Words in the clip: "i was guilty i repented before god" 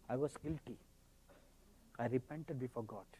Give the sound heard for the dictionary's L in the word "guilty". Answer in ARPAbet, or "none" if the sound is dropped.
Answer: L